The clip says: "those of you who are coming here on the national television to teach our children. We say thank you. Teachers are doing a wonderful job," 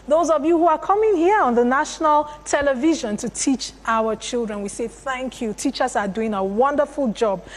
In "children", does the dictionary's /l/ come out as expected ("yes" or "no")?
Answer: yes